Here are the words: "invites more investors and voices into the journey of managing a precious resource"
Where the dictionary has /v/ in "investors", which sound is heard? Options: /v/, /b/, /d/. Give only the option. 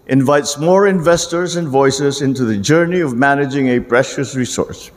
/v/